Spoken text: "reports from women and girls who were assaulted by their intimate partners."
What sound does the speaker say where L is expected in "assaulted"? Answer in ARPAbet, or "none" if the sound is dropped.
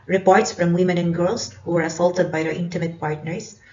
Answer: L